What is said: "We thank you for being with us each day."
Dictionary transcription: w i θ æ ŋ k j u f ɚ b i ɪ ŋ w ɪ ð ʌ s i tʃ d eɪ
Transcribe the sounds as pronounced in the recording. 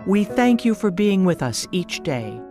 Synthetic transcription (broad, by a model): w i θ æ ŋ k j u f ɚ b i ɪ ŋ w ɪ ð ʌ s i tʃ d eɪ